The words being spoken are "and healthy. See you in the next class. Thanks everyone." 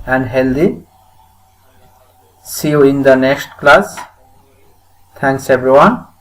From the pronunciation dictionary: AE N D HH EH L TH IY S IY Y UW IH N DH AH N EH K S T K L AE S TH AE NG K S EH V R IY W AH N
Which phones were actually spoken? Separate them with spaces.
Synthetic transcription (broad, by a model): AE N HH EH L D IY S IY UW IH N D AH N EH S T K L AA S T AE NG K S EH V R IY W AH N